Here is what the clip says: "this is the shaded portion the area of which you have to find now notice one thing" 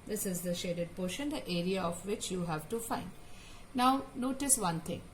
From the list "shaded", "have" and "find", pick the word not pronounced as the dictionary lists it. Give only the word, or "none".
none